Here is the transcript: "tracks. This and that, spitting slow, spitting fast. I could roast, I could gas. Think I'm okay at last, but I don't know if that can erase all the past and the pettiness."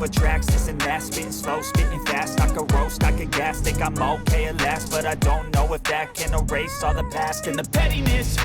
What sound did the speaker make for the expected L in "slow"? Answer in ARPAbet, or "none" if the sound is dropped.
L